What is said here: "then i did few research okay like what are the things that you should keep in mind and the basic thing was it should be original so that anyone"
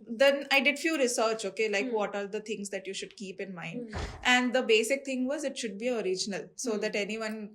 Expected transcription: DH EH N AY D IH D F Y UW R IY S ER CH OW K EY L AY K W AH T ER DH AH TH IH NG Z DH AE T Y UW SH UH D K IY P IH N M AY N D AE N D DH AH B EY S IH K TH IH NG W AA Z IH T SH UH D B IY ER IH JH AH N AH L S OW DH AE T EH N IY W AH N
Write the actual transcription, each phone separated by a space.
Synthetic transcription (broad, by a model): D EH N AY D IH D F Y UW R IY S ER CH OW K EY L AY K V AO T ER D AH T IH NG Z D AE T Y UW SH UH D K IY P IH N M AY N D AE N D AH B EY S IH K T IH NG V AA Z IH T SH UH D B IY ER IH JH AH N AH L S OW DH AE T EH N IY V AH N